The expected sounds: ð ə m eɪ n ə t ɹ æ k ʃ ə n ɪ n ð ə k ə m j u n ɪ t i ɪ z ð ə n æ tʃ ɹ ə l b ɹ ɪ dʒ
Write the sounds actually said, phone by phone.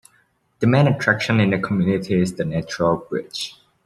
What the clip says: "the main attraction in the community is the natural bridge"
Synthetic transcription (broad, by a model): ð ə m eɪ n ə t ɹ æ k ʃ ə n ɪ n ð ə k ə m j u n ɪ t i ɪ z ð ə n æ tʃ ɹ ə l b ɹ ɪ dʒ